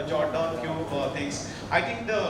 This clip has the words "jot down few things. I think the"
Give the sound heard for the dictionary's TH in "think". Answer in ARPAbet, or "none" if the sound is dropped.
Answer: T